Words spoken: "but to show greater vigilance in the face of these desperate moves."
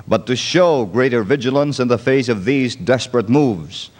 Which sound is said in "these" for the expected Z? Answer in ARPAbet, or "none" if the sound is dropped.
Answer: Z